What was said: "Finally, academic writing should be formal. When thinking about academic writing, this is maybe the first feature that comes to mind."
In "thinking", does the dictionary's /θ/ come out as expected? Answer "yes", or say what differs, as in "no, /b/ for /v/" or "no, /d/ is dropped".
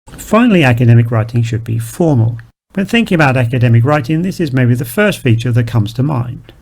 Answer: yes